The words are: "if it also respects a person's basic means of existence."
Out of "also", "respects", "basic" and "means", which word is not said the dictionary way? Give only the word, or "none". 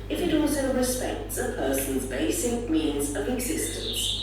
none